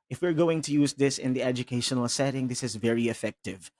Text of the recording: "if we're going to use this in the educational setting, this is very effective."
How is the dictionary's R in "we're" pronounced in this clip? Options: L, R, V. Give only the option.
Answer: R